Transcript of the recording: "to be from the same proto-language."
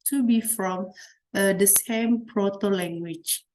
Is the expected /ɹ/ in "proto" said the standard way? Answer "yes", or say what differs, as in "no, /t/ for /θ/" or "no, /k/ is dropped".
yes